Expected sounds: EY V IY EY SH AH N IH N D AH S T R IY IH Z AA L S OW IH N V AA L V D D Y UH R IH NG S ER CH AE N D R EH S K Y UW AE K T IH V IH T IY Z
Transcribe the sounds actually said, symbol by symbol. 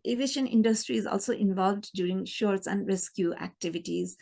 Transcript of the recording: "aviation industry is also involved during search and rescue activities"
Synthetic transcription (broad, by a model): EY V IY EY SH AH N IH N D AH S T R IY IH Z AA L S OW IH N V AA L V D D Y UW R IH NG SH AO S AE N D R EH S K Y UW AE K T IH V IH T IY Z